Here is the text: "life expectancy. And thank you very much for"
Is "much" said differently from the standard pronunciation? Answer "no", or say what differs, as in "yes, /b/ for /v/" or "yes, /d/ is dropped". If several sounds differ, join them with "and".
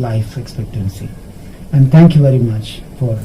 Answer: no